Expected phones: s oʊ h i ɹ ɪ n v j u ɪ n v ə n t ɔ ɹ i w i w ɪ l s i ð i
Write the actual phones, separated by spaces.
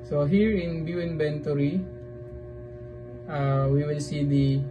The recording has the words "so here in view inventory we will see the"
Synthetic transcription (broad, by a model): s oʊ h i ɹ ɪ n b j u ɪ n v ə n t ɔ ɹ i w i w ɪ l s i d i